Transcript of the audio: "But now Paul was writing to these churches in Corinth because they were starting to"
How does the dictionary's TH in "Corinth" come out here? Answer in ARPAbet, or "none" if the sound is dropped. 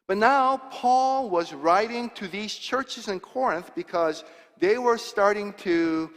TH